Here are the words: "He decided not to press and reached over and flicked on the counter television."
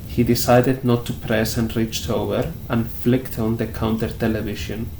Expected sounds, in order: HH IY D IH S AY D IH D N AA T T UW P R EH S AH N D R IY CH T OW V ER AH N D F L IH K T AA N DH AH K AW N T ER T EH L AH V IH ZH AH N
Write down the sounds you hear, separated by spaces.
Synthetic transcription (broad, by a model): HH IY D IH S AY D IH D N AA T T UW P R EH S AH N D R IY CH T OW V ER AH N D F L IH K T AA N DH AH K AW N T ER T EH L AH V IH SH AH N